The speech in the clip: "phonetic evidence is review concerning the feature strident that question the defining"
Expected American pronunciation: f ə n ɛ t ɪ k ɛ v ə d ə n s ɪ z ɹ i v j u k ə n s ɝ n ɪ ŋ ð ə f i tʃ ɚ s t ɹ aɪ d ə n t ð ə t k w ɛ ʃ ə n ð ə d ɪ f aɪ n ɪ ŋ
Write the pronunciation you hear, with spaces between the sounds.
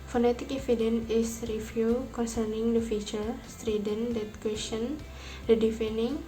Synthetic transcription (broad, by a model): f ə n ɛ t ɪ k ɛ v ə d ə n ɪ s ɹ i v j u k ə n s ɝ n ɪ ŋ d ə f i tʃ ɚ s t ɹ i d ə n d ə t k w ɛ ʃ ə n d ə d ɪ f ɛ n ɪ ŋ